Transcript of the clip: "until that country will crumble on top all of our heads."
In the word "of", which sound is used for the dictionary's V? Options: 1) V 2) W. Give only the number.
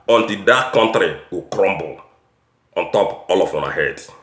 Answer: 2